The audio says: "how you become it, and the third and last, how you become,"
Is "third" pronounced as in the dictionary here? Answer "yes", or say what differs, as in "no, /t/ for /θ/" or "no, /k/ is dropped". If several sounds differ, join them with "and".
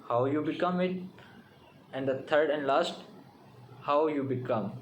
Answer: no, /t/ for /θ/